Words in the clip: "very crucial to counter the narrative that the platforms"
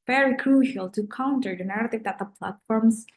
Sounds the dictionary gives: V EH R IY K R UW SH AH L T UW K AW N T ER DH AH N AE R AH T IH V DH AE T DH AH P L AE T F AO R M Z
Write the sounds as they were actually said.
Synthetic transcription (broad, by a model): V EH R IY K R UW SH AH L T UW K AW N T ER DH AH N AE R AH T IH V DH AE T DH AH P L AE T F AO R M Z